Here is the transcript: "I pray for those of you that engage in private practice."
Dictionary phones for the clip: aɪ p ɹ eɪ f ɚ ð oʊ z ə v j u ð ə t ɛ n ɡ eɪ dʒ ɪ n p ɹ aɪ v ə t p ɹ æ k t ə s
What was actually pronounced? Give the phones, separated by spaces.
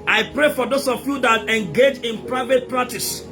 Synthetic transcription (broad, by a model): aɪ p ɹ eɪ f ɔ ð oʊ s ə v j u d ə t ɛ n ɡ eɪ dʒ ɪ n p ɹ aɪ v ə t p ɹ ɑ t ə s